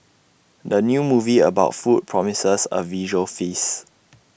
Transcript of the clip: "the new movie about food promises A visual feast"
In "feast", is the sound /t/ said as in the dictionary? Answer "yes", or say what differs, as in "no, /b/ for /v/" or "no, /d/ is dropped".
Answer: no, /t/ is dropped